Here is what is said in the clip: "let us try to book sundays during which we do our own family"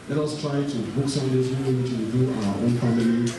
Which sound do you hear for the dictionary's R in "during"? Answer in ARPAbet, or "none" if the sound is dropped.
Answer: none